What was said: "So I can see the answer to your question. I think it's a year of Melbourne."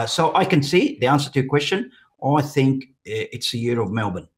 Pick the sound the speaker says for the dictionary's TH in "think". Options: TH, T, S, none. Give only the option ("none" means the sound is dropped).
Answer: TH